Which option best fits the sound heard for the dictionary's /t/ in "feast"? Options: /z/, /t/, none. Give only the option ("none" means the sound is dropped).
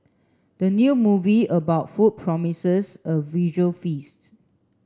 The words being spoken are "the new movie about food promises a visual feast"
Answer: /t/